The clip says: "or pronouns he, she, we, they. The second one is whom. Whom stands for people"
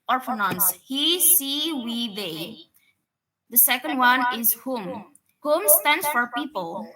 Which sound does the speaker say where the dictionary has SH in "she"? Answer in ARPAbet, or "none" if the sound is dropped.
S